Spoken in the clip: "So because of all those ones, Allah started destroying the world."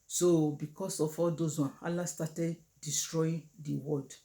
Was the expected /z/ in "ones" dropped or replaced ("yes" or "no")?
yes